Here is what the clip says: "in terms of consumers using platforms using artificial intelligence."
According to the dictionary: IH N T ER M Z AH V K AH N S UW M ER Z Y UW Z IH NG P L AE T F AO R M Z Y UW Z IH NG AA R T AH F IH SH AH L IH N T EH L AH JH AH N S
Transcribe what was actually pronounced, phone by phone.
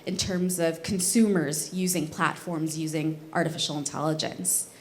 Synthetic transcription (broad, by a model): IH N T ER M Z AH V K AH N S UW M ER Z Y UW Z IH NG P L AE T F AO R M Z Y UW Z IH NG AA R T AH F IH SH L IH N T EH L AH JH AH N S